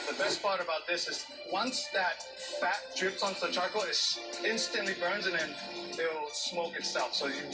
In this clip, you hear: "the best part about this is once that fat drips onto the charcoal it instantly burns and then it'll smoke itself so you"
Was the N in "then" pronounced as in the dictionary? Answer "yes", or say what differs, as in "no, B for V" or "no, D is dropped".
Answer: no, N is dropped